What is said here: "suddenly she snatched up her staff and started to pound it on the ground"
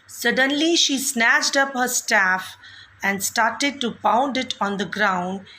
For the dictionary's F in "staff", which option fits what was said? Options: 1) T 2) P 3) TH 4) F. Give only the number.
4